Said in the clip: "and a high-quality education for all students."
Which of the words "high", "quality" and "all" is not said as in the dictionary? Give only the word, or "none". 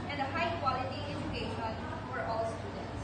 none